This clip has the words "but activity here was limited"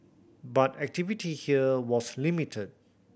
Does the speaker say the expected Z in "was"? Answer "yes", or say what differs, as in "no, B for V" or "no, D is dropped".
no, S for Z